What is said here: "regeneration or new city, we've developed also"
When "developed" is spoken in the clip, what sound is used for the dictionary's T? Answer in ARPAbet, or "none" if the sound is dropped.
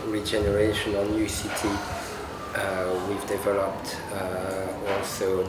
T